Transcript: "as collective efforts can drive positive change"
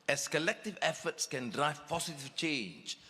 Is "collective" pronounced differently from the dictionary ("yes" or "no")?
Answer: no